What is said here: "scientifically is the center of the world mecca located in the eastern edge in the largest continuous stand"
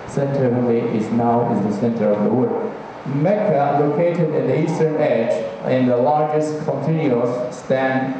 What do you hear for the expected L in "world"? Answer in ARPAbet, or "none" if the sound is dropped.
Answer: none